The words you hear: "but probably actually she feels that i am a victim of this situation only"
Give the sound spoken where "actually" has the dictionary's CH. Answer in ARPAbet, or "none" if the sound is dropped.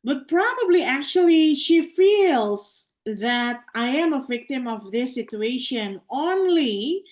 CH